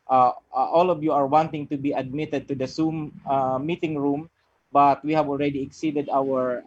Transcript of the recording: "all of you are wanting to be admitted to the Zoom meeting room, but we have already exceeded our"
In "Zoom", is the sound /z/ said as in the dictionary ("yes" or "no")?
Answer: no